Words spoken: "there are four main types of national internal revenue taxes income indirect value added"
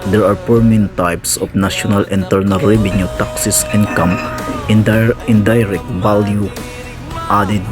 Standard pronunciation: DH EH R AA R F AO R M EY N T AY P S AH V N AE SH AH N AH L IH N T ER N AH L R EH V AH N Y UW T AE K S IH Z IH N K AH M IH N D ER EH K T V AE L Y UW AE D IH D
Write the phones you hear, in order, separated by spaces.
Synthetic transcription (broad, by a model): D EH R AA R P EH R M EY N T AY P S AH F N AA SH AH N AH L IH N T ER N AH L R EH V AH N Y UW T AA K S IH S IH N K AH M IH N D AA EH K T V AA L Y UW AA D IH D